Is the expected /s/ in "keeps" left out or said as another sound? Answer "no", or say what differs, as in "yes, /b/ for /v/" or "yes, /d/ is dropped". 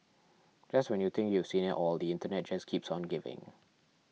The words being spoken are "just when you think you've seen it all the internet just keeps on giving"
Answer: no